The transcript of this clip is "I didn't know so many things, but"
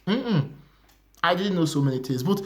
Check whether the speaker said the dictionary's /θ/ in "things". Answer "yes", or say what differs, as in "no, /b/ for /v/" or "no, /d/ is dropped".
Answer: no, /t/ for /θ/